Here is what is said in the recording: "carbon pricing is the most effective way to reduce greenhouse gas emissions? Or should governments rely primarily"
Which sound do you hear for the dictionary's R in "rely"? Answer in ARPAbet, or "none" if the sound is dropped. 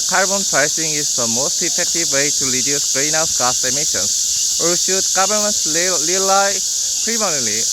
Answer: L